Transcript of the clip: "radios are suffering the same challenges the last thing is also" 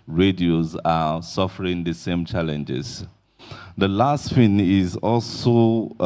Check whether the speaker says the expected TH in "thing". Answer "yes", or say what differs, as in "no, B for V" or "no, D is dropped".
no, F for TH